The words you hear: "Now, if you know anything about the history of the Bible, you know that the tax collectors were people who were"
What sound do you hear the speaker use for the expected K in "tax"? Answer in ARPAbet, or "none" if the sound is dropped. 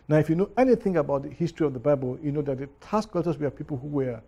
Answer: none